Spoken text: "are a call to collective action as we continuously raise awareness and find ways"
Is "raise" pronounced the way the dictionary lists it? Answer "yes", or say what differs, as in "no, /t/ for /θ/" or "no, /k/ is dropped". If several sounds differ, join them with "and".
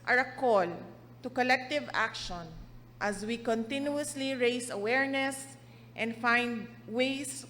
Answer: no, /s/ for /z/